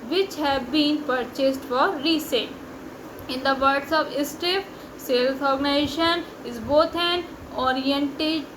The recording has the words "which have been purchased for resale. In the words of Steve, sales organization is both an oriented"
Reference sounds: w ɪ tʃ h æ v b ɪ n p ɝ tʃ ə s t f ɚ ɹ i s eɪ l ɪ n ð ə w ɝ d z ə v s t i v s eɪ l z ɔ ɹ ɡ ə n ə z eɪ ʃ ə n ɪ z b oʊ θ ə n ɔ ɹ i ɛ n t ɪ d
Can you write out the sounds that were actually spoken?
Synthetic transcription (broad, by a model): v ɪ tʃ h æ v b ɪ n p ɝ tʃ ə s t f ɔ ɹ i s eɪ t ɪ n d ə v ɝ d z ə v s t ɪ f s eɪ l s ɔ ɹ ɡ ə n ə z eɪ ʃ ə n ɪ z b oʊ t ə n ɔ ɹ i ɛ n t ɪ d